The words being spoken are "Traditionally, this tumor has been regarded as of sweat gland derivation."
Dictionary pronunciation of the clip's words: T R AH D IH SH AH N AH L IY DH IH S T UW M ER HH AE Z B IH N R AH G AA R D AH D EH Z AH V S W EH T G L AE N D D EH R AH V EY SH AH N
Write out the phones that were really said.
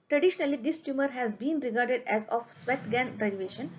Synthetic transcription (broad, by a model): T R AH D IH SH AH N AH L IY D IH S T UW M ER HH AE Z B IH N R AH G AA R D AH D EH Z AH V S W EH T G AE N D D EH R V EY SH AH N